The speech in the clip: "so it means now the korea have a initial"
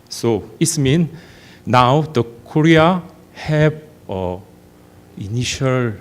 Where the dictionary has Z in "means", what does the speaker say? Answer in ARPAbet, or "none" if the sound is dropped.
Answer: none